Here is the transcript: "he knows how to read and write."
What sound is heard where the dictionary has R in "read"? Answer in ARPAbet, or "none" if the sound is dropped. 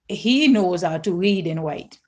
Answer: R